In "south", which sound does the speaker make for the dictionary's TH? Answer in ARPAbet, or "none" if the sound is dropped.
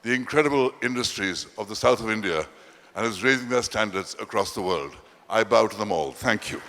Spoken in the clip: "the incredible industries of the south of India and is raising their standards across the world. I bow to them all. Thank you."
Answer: TH